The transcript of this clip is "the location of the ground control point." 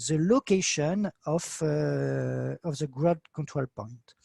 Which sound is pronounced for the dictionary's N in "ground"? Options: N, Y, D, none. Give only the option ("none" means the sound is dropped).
none